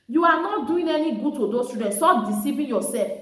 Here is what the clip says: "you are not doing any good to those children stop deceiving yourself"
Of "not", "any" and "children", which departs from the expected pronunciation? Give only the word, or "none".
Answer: children